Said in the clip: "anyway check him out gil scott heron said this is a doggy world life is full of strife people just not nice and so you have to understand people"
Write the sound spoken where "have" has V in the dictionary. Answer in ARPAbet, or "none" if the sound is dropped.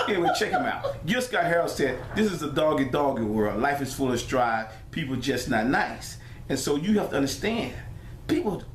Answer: F